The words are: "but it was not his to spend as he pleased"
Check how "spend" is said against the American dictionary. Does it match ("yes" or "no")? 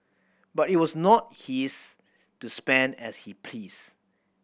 yes